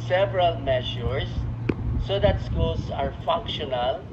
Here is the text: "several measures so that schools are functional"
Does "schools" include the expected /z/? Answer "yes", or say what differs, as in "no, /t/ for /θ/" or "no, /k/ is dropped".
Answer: no, /s/ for /z/